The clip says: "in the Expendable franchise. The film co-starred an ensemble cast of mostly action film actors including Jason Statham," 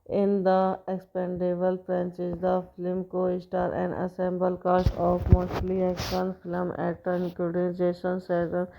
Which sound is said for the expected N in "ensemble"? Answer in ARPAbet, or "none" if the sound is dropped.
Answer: none